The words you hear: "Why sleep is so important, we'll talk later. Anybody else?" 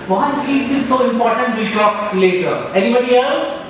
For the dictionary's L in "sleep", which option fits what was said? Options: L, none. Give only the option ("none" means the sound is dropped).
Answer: none